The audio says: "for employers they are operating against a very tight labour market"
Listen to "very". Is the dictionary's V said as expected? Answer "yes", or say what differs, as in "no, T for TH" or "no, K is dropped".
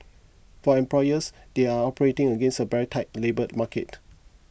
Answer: no, B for V